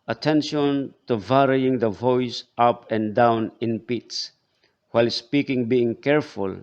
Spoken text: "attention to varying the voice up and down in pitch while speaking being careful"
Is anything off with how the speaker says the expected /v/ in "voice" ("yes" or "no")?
no